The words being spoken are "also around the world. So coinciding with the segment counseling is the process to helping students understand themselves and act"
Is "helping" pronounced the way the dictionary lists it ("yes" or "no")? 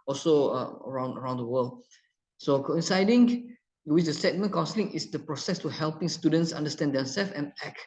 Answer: yes